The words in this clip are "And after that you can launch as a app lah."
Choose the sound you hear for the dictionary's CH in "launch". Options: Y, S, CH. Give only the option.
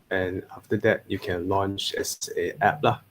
CH